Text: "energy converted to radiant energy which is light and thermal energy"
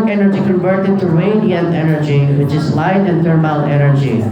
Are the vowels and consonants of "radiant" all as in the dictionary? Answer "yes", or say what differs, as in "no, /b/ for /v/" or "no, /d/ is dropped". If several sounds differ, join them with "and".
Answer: no, /t/ is dropped